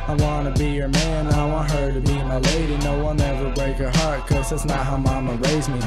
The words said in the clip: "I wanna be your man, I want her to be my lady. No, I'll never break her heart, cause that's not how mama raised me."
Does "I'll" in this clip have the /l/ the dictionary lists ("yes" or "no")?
no